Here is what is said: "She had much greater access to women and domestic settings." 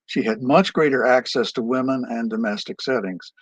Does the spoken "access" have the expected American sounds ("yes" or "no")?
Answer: yes